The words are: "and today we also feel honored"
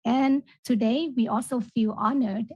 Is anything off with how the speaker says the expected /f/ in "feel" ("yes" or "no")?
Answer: no